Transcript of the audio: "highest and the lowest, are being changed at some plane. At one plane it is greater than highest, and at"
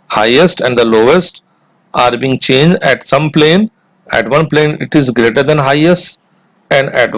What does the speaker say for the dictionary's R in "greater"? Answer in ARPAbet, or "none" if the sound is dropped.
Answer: R